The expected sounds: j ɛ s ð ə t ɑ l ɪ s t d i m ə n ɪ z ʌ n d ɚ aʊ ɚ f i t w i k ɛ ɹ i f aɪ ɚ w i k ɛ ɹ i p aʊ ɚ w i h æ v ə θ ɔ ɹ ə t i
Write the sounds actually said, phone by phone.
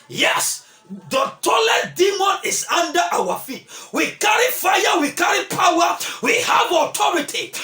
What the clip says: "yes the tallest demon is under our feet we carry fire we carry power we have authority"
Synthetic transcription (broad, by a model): j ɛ s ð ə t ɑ l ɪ t d i m ə n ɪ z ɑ n d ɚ aʊ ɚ f i t w i k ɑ ɹ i f aɪ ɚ w i k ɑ ɹ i p aʊ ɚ w i h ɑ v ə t ɔ ɹ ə t i